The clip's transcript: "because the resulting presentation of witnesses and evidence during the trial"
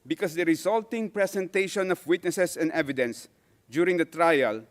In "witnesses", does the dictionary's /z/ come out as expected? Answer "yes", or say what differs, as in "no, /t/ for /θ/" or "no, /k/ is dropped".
no, /s/ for /z/